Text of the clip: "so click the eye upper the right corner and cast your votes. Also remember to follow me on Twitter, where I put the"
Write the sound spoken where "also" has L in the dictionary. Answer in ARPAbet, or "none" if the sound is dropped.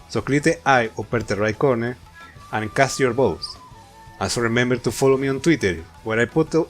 N